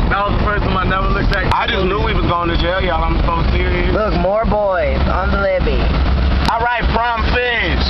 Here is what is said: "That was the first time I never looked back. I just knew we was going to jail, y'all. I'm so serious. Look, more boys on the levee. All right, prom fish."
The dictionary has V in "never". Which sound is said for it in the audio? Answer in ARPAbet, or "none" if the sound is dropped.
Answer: W